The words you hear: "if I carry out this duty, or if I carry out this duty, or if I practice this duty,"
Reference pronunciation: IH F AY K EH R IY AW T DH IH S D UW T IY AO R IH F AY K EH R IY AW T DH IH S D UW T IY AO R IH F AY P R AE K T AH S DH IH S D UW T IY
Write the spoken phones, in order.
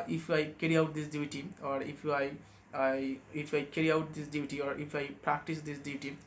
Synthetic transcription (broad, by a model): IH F AY K EH R IY AW T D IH S D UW T IY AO R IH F AY K EH R IY AW T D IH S D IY T IY AO R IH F AY P R AE K T AH S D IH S D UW T IY